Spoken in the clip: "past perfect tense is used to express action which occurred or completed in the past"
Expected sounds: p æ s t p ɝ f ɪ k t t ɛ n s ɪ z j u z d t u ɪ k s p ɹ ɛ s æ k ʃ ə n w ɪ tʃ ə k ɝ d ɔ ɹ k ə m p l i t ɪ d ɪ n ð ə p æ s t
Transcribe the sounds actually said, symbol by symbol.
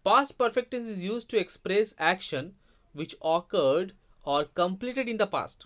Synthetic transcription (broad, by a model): p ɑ s t p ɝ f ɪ k t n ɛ s ɪ z j u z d t u ɪ k s p ɹ ɛ s æ k ʃ ə n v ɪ tʃ ə k ɝ d ɔ ɹ k ə m p l i t ɪ d ɪ n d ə p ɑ s t